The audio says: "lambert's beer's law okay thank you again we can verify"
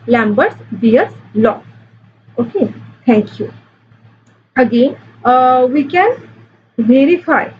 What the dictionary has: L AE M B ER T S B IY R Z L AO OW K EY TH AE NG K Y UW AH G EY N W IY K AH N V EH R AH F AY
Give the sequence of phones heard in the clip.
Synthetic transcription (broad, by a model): L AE M B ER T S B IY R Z L AO OW K EY T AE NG K Y UW AH G EY N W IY K AH N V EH R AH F AY